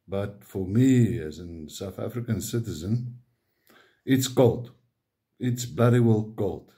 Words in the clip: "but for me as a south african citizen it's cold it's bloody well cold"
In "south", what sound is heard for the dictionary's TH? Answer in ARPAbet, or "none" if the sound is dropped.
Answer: TH